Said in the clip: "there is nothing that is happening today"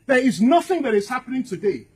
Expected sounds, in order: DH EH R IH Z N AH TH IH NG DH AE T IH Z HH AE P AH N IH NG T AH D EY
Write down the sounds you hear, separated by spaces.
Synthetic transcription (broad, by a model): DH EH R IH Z N AH TH IH NG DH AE T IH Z HH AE P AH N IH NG T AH D EY